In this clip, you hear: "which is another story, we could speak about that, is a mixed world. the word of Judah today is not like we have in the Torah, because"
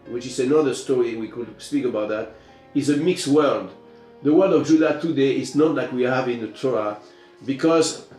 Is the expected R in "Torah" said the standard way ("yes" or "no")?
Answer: no